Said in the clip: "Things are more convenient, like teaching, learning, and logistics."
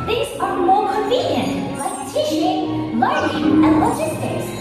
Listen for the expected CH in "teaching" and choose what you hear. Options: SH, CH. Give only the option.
SH